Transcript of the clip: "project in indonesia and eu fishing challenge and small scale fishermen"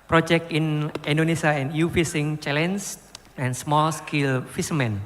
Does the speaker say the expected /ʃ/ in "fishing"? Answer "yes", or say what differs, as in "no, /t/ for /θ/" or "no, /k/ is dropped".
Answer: no, /s/ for /ʃ/